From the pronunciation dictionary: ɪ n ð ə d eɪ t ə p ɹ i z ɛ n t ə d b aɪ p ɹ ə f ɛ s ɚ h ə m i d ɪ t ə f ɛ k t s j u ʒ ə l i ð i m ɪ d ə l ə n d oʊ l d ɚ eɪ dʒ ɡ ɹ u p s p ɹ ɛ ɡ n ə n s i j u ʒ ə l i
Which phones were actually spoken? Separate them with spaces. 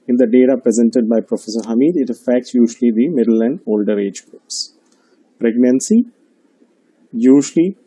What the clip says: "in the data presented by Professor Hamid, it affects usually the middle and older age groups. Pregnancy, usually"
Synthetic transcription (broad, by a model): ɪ n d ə d eɪ t ə p ɹ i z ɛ n t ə d b aɪ p ɹ ə f ɛ s ɚ h ə m i d ɪ t ə f ɛ k t s j u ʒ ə l i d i m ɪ d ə l ə n d oʊ l d ɚ eɪ dʒ ɡ ɹ u p s p ɹ ɛ ɡ n ə n s i j u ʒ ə l i